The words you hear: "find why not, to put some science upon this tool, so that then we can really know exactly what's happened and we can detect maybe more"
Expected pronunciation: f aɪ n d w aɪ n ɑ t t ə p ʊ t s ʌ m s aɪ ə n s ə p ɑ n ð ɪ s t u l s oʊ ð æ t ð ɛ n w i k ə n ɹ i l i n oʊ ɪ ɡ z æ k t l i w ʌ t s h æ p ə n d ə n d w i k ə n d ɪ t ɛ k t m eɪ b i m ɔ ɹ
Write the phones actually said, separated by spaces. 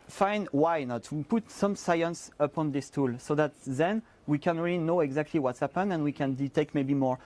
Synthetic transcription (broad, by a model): f aɪ n w aɪ n ɑ t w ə p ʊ t s ʌ m s aɪ ə n s ə p ɑ n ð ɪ s t u l s oʊ ð æ t ð ɛ n w i k ə n ɹ i l i n oʊ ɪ ɡ z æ k t l i w ʌ t s h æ p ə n ə n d w i k ə n d ɪ t ɛ k t m eɪ b i m ɔ ɹ